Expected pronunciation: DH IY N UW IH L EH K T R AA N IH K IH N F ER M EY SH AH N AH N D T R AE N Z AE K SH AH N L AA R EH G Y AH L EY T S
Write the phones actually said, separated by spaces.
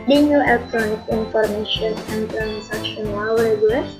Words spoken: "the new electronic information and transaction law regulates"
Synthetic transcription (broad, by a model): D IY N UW IH L EH K T R AA N IH K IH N F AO M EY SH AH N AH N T R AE N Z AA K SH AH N W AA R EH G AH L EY